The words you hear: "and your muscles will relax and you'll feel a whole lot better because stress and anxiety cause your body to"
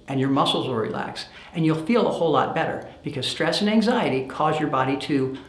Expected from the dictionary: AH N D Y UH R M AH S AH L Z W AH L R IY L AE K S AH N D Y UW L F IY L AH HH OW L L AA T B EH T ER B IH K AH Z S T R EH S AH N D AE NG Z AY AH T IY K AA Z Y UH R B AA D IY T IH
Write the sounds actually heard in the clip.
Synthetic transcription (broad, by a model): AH N Y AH R M AH S L Z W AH R IY L AE K S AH N Y UW L F IY L AH HH OW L L AA T B EH T ER B IH K AH Z S T R EH S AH N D AE NG Z AY AH T IY K AA Z Y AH R B AA D IY T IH